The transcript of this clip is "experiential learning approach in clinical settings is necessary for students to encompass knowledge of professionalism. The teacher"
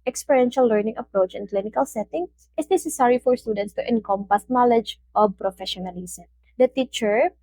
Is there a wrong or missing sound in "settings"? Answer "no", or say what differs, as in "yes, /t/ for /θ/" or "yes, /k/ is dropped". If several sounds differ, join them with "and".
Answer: yes, /z/ is dropped